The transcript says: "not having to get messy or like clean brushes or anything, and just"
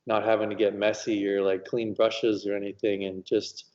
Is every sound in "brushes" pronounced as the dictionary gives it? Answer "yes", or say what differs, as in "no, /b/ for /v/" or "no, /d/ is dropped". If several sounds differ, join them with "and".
yes